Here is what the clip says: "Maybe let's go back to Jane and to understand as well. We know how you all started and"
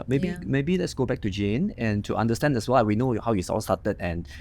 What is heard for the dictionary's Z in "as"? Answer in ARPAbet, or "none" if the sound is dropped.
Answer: S